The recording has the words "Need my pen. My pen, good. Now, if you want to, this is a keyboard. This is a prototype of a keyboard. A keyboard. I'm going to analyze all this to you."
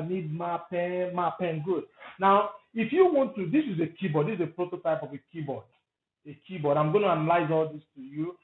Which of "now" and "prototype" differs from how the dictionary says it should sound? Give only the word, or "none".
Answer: none